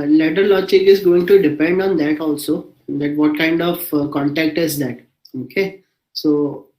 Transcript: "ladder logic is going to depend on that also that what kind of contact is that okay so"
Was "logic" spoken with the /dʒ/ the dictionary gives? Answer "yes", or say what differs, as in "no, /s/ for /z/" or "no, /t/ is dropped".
no, /tʃ/ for /dʒ/